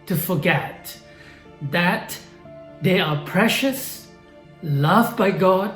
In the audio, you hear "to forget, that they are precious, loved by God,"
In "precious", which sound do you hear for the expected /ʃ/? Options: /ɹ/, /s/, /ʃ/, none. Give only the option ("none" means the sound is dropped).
/ʃ/